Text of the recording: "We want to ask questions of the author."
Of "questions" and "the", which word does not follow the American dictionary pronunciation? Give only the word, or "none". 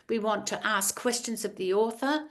none